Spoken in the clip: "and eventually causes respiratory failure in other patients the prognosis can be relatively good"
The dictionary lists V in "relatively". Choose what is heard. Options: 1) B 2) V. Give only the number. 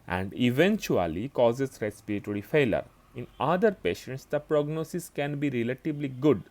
1